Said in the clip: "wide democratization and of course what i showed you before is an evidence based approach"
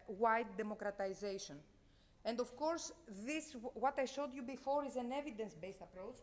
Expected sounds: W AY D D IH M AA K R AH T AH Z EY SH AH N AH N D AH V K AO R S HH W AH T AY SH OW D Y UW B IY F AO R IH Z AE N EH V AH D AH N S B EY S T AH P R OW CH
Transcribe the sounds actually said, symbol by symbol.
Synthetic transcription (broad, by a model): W AY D D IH M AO K R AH T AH Z EY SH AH N AH N D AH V K AO R S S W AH T AY SH OW D Y UW B IY F AO R IH Z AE N EH V AH D AH N S B EY S T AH P R OW CH